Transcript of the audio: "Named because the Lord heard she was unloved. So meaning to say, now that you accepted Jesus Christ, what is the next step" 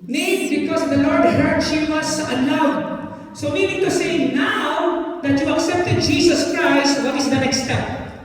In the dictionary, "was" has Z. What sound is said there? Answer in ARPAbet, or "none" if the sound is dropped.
S